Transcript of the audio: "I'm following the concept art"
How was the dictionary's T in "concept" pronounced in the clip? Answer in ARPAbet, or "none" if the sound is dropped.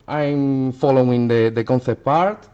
none